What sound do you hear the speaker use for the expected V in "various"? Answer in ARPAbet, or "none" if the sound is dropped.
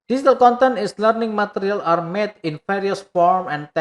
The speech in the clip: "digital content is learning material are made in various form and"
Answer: F